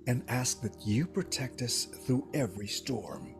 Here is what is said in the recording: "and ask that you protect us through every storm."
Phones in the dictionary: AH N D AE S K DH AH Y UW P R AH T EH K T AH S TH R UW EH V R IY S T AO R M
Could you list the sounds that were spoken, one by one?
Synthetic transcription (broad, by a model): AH N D AE S K DH AH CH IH P R AH T EH K T AH S TH R UW EH V R IY S T AO R M